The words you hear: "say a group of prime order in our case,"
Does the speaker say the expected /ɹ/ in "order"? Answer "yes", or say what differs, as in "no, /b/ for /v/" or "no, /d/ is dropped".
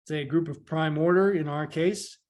yes